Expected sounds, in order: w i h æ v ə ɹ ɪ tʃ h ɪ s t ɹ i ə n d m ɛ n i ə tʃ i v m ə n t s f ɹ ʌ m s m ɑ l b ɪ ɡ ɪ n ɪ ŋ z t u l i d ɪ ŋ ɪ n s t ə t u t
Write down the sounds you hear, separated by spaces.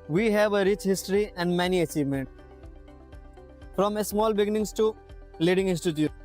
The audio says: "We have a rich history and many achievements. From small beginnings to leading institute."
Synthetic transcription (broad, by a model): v i h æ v ə ɹ ɪ tʃ h ɪ s t ɹ i ə n d m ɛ n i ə tʃ i v m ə n t f ɹ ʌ m s m ɑ l b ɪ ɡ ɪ n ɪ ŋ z t u l i d ɪ ŋ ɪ n s t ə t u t